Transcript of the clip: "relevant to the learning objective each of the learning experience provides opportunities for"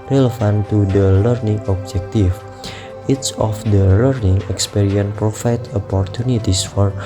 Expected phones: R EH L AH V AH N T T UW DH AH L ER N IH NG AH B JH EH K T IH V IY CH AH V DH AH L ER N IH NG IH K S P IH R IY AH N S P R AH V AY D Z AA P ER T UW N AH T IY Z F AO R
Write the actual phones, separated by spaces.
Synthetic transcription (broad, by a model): R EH L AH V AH N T T UW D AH L ER N IH NG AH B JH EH K T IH F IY S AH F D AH L ER N IH NG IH K S P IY R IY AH N P R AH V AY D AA P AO T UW N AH T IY S F AO R